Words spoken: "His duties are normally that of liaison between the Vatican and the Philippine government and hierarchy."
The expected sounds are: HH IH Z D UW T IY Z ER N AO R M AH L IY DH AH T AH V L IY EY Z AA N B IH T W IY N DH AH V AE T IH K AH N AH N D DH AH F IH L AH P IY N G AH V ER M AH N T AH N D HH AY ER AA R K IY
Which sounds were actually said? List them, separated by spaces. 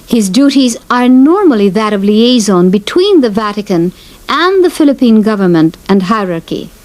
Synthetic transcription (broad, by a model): HH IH Z D UW T IY Z ER N AO R M AH L IY DH AH T AH V L IY EY Z AA N B IH T W IY N DH AH V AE T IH K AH N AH N DH AH F IH L AH P IY N G AH V ER M AH N T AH N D HH AY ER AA R K IY